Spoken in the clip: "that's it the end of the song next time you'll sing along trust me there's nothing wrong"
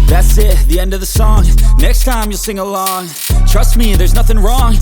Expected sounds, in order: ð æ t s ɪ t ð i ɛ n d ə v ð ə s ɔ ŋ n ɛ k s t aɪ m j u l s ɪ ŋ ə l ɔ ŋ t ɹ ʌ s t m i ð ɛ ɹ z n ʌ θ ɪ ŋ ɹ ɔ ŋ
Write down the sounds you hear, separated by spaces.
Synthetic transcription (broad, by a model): ð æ t s ɪ t ð i ɛ n d ə v ð ə s ɔ ŋ n ɛ k s t aɪ m j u l s ɪ ŋ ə l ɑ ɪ t ɹ ʌ s t m i ð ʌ ɹ z n ʌ θ ɪ ŋ ɹ ɔ ŋ